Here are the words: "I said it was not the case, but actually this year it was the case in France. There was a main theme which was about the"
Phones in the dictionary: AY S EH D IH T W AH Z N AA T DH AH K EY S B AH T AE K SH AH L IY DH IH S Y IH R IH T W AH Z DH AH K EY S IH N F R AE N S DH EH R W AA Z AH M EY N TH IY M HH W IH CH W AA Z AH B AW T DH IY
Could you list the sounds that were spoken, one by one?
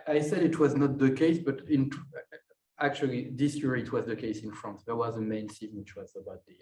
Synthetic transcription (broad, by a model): AY S EH D IH T W AH Z N AA T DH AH K EY S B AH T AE K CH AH L IY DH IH S Y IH R IH T W AH Z DH AH K EY S IH N F R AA N S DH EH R W AA Z AH M EY N S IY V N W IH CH W AA Z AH B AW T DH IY